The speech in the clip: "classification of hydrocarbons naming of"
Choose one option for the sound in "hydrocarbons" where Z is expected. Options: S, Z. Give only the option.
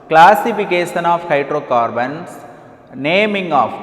S